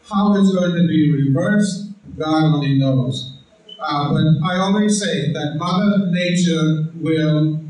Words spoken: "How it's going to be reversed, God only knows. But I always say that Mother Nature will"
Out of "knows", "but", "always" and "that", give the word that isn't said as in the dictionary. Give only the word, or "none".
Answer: none